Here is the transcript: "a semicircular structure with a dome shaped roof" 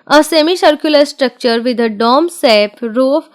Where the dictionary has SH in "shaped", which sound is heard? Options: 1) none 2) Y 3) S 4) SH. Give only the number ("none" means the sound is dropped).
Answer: 3